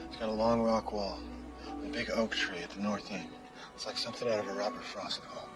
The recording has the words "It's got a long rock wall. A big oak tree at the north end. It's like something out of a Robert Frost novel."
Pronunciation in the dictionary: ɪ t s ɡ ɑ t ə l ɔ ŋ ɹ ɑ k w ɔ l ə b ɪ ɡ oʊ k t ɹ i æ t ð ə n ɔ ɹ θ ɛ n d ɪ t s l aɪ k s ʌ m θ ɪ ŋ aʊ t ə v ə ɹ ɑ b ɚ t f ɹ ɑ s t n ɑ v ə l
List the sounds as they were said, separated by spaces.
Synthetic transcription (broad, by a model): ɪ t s ɡ ɑ t ə l ɔ ŋ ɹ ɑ k w ɔ l ə b ɪ ɡ oʊ k t ɹ i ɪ t ð ə n ɔ ɹ θ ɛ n ɪ t s l aɪ k s ʌ m θ ɪ ŋ aʊ t ə v ə ɹ ɑ b ɚ t f ɹ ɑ s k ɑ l